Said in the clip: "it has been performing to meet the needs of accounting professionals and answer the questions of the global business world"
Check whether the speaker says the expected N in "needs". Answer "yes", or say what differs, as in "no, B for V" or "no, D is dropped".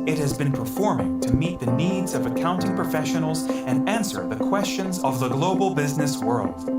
yes